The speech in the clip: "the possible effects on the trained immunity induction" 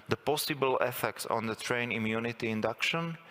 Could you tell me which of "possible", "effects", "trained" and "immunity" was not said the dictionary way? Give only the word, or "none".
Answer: trained